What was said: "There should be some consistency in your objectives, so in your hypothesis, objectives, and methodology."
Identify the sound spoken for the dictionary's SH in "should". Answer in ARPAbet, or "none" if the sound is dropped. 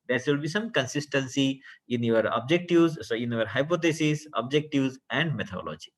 S